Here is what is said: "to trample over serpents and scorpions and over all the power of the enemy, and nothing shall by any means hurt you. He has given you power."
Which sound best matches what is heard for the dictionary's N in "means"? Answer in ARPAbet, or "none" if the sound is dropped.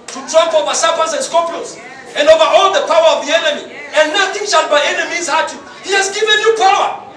none